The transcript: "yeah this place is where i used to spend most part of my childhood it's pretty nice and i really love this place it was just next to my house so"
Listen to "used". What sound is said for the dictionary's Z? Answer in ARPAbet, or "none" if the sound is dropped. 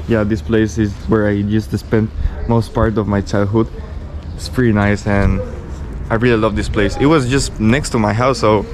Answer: S